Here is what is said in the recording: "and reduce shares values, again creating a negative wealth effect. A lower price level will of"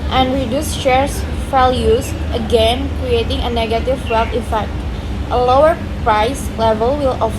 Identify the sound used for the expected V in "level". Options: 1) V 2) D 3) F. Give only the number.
1